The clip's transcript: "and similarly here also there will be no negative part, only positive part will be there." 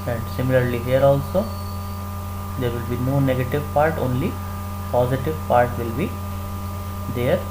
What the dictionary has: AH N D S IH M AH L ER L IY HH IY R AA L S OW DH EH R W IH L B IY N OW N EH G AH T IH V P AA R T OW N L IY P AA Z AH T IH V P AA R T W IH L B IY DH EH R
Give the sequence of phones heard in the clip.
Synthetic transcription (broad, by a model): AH N D S IH M AH L ER L IY HH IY R AA L S OW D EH R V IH L B IY N OW N EH G AH T IH V P AA R T OW N L IY P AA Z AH T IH V P AA R T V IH L B IY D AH R